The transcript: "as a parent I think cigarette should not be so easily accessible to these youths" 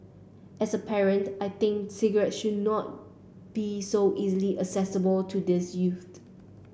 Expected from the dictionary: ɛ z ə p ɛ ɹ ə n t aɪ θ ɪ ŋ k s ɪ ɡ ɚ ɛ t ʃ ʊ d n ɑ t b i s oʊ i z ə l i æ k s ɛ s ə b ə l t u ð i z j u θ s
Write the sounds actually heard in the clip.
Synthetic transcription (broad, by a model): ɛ s ə p ɛ ɹ ə n t aɪ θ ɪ ŋ k s ɪ ɡ ɚ ɛ t ʃ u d n ɑ t b i s oʊ i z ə l i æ s ɛ s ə b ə l t u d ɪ s j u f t